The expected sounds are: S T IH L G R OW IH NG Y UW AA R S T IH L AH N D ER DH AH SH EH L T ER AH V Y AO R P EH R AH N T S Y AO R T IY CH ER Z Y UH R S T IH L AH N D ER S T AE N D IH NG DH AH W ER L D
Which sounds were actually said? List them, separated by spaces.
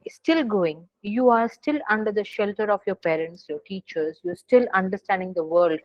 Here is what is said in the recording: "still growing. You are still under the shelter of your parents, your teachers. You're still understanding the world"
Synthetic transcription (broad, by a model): S T IH L G OW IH NG Y UW AA R S T IH L AH N D ER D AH SH EH L T ER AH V Y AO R P EH R AH N T S Y AO R T IY CH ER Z Y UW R S T IH L AH N D ER S T AE N D IH NG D AH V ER L D